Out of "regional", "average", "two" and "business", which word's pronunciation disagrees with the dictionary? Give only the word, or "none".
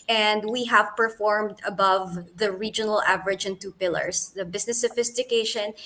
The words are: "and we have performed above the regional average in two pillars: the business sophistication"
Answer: business